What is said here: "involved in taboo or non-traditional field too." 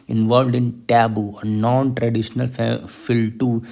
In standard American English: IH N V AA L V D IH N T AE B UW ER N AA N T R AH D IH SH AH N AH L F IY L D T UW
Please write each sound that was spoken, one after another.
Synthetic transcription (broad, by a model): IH N V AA L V D IH N T AE B UW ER N AA N T R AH D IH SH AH N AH L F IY L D T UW